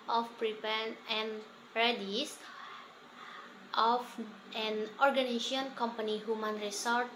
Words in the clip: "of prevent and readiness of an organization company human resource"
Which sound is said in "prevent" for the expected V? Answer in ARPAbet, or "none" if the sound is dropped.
P